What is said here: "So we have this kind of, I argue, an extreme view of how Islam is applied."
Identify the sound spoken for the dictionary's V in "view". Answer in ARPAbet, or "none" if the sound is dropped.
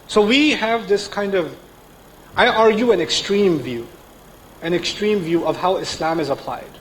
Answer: V